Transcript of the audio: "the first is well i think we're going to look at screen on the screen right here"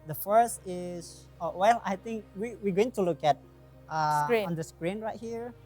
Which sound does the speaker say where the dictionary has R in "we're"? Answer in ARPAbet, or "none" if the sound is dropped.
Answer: W